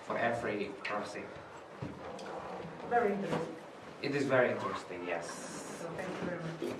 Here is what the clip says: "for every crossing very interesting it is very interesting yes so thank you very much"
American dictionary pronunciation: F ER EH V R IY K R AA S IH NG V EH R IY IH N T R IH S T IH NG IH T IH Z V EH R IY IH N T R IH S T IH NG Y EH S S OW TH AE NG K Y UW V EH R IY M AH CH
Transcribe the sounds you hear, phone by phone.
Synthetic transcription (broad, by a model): F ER EH V R IY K AA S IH V EH R IY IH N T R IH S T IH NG IH T IH Z V EH R IY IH N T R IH S T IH NG Y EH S S OW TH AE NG K Y UW V EH R IY M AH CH